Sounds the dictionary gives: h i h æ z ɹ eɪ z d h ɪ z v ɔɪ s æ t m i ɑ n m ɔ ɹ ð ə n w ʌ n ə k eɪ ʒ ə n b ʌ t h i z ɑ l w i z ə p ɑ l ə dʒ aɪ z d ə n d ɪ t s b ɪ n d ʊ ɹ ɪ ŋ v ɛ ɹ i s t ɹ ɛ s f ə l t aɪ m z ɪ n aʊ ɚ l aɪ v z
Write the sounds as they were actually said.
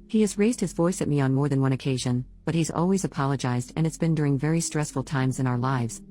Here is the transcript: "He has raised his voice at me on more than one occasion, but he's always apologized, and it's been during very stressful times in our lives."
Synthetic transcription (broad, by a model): h i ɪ z ɹ eɪ z d h ɪ z v ɔɪ s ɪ t m i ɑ n m ɔ ɹ ð ə n w ʌ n ə k eɪ ʒ ə n b ʌ t h i z ɑ l w i z ə p ɑ l ə dʒ aɪ z d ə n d ɪ t s b ɪ n d ʊ ɹ ɪ ŋ v ɛ ɹ i s t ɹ ɛ s f l t aɪ m z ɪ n aʊ ɚ l aɪ v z